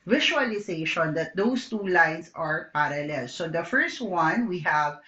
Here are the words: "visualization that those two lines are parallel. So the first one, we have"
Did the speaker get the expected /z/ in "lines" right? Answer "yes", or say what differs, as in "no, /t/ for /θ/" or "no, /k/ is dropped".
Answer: no, /s/ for /z/